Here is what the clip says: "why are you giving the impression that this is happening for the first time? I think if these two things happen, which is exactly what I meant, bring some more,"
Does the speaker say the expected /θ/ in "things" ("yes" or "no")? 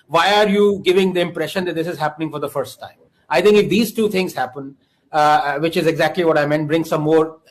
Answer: no